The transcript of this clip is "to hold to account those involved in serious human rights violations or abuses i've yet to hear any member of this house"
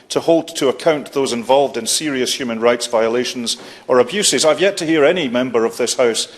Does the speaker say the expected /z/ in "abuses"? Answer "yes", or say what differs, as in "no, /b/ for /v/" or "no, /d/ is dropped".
yes